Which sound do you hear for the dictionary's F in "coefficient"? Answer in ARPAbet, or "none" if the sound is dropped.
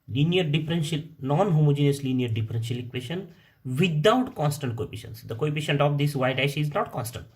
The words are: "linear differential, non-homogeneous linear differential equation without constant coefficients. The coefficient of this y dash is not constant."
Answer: P